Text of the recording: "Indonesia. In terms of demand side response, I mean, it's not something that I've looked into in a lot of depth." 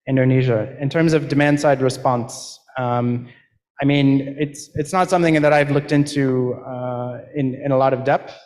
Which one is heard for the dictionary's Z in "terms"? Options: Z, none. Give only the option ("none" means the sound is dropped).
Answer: Z